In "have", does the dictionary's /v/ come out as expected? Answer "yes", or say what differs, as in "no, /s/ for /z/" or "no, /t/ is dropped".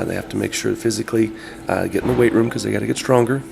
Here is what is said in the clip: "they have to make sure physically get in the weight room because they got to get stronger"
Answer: no, /f/ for /v/